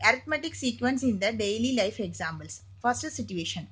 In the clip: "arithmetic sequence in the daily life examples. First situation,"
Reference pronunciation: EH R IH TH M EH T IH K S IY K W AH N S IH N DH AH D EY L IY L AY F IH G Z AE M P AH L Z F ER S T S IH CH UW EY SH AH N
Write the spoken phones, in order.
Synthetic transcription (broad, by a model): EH R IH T M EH T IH K S IY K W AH N S IH N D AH D EY L IY L AY F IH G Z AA M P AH L S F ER S T S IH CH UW EY SH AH N